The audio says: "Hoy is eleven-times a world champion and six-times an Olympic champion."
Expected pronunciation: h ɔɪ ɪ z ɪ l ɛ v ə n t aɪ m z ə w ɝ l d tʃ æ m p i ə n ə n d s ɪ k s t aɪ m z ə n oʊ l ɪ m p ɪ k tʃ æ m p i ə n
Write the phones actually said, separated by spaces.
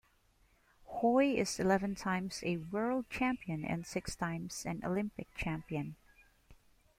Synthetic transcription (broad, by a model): h ɔɪ ɪ z ɪ l ɛ v ə n t aɪ m z ə w ɝ l d tʃ æ m p i ə n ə n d s ɪ k s t aɪ m z ə n oʊ l ɪ m p ɪ k tʃ æ m p i ə n